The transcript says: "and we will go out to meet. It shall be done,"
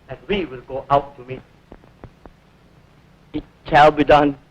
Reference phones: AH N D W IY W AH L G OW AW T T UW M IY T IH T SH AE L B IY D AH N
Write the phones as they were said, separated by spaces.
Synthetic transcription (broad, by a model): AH N W IY W AH L G OW AW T T UW M IY IH T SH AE L B IY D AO N